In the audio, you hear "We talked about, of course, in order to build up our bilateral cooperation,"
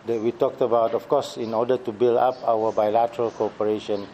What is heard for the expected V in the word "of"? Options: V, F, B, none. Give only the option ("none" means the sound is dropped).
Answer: F